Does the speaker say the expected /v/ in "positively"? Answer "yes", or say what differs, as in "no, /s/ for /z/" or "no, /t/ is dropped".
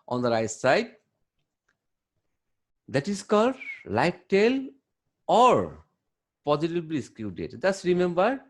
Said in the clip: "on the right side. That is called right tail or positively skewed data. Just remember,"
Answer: no, /b/ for /v/